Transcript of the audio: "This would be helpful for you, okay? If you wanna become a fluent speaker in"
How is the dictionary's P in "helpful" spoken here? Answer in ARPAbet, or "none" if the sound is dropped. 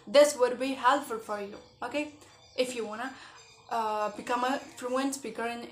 none